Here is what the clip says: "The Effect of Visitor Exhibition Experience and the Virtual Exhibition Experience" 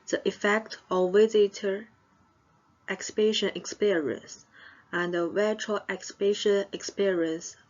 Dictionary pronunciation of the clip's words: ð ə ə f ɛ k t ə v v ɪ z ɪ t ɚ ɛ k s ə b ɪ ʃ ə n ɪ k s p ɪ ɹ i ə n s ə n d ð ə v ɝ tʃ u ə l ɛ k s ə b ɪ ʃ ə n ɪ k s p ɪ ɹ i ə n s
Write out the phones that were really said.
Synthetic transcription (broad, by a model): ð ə ə f ɛ k t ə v w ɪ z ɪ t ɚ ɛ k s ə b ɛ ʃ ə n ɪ k s p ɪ ɹ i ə n s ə n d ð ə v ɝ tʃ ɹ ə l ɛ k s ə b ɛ ʃ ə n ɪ k s p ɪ ɹ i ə n s